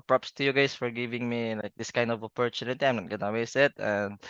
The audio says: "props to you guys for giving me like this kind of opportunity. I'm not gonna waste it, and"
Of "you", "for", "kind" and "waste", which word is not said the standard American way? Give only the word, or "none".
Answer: waste